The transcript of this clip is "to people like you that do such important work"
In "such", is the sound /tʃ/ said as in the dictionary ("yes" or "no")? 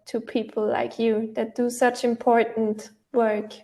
yes